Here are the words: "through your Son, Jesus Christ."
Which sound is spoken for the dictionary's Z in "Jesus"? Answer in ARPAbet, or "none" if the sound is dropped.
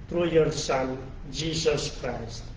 S